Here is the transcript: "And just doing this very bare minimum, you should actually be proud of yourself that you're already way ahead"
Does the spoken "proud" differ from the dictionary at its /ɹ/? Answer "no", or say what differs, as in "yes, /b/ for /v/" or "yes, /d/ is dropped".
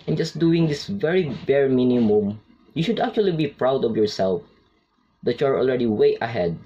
no